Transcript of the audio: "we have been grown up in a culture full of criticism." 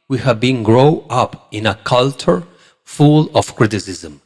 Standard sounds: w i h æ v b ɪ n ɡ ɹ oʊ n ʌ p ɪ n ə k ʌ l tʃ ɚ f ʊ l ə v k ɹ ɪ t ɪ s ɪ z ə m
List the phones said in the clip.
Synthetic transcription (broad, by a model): w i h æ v b ɪ n ɡ ɹ oʊ ʌ p ɪ n ə k ʌ l tʃ ɚ f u l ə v k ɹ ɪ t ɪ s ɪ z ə m